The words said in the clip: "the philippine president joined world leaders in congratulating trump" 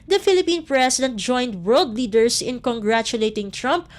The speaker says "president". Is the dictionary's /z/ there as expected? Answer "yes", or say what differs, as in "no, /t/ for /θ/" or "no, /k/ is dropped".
no, /s/ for /z/